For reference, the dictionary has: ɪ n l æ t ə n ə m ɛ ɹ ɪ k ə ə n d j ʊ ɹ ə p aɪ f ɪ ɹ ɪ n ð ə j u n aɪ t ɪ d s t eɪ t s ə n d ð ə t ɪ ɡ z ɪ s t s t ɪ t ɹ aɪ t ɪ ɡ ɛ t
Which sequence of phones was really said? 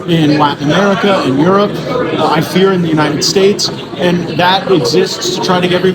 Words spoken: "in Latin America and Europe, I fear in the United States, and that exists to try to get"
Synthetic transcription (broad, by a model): ɪ n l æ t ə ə m ɛ ɹ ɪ k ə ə n j ʊ ɹ ə p aɪ f ɪ ɹ ɪ n ð ə j u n aɪ t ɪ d s t eɪ t s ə n ð ə t ɪ ɡ z ɪ s t s t ɪ t ɹ aɪ t ɪ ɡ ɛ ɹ